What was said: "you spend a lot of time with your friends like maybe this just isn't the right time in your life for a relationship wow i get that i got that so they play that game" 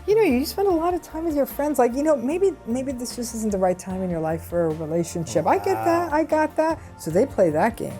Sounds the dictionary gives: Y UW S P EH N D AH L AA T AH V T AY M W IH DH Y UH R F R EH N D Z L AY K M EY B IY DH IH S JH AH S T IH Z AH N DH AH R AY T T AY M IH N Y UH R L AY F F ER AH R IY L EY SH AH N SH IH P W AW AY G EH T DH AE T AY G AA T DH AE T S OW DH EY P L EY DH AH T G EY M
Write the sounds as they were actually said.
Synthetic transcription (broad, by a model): Y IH S P EH N D AH L AA T AH V T AY M W IH DH Y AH R F R EH N D Z L AY K M EY B IY DH IH S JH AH S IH Z N DH AH R AY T T AY M IH N Y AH R L AY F F ER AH R IY L EY SH AH N SH IH P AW AY G EH T DH AE T AY G AA T DH AE T S OW DH EY P L EY DH AH T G EY M